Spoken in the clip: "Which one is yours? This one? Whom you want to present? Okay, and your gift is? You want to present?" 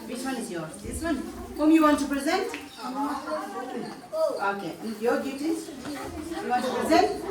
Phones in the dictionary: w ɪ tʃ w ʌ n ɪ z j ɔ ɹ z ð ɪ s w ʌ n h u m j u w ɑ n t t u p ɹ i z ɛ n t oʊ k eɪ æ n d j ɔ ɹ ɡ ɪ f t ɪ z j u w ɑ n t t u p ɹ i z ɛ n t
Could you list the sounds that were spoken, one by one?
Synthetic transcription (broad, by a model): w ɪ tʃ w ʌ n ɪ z j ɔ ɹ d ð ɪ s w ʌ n h u m j u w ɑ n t t u p ɹ i z ɛ n t oʊ k eɪ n j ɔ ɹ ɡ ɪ t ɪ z j u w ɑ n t t u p ɹ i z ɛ n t